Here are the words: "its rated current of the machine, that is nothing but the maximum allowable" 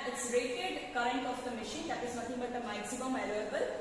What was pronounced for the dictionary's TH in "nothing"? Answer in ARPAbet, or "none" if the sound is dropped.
T